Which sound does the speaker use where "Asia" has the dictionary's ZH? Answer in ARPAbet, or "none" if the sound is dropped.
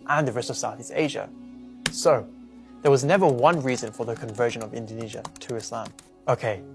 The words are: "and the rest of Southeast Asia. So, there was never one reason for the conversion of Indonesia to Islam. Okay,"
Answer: ZH